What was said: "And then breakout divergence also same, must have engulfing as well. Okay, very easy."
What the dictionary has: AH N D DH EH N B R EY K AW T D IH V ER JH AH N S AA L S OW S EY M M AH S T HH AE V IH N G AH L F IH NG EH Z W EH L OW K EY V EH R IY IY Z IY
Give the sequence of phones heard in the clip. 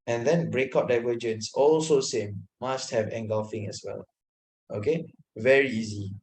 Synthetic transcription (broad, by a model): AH N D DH EH N B R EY K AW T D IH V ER JH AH N S AA L S OW S EY M M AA S T HH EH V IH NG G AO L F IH NG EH S W EH L OW K EY V EH R IY IY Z IY